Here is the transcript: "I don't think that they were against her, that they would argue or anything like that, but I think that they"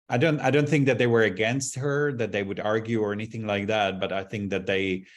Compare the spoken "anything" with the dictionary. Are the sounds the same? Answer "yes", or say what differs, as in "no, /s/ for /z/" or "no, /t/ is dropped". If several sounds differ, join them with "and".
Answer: yes